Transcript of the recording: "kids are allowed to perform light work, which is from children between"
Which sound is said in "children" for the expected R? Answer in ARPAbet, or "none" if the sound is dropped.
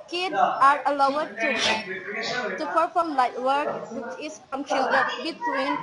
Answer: none